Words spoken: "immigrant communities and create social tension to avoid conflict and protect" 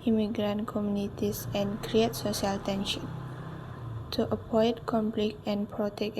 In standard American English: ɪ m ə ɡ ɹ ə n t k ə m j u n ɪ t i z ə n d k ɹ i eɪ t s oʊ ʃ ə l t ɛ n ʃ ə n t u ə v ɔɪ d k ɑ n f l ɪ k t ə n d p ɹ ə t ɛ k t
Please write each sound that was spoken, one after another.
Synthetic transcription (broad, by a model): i m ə ɡ ɹ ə n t k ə m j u n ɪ t i s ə n k ɹ i eɪ t s oʊ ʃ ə l t ɛ n ʃ ə n t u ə p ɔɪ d k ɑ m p l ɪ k ə n p ɹ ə t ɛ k